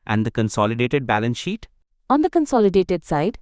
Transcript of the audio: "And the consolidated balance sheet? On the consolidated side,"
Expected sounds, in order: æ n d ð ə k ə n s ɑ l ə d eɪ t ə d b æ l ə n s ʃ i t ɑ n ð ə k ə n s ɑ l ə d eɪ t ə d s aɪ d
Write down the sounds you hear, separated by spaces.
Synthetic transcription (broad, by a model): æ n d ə k ə n s ɑ l ə d eɪ t ə d b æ l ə n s ʃ i t ɑ n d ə k ə n s ɑ l ə d eɪ t ə d s aɪ d